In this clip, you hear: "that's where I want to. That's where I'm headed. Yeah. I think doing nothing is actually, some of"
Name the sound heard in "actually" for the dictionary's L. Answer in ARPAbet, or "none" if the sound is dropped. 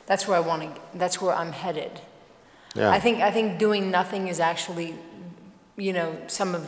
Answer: N